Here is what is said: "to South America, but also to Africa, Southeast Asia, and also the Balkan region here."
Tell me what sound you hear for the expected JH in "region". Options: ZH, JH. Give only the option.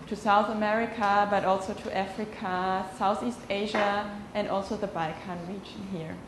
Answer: JH